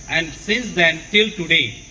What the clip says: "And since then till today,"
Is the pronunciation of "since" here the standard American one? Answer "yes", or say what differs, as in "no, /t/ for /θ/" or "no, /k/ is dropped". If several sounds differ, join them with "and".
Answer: no, /n/ is dropped